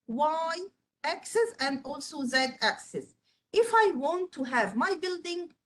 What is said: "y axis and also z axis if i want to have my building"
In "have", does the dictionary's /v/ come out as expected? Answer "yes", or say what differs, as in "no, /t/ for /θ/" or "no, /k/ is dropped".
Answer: yes